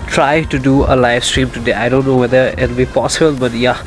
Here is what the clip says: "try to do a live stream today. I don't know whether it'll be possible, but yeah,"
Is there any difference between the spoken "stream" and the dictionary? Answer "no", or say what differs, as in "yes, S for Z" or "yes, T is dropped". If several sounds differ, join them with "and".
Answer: no